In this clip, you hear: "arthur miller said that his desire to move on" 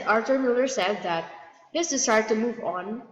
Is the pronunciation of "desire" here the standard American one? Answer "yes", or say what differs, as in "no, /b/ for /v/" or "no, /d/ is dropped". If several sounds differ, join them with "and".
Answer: no, /s/ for /z/